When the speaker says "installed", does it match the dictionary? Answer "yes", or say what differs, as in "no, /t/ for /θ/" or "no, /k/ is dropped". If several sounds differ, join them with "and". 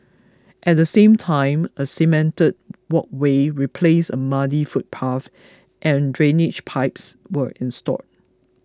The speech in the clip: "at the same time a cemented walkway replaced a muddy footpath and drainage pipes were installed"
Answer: no, /l/ is dropped